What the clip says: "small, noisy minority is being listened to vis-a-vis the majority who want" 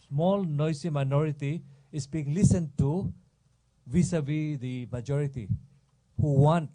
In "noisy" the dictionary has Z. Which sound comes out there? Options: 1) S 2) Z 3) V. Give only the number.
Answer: 1